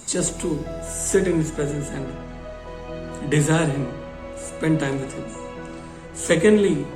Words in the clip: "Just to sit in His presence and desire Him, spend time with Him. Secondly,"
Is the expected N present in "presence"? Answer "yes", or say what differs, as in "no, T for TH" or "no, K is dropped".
no, N is dropped